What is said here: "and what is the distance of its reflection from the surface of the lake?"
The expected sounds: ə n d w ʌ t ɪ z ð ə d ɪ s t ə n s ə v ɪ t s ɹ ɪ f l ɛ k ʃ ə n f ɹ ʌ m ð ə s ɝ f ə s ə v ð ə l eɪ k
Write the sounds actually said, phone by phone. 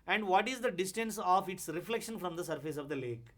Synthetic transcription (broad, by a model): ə n d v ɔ t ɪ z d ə d ɪ s t ə n s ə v ɪ t s ɹ ɪ f l ɛ k ʃ ə n f ɹ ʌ m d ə s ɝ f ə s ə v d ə l eɪ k